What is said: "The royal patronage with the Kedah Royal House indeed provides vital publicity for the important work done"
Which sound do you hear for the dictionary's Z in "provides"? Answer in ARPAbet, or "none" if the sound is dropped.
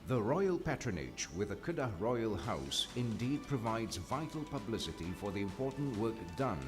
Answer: Z